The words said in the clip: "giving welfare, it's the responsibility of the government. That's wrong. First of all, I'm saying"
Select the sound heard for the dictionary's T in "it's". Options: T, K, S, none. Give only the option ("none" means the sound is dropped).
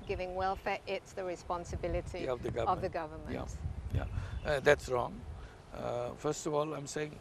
T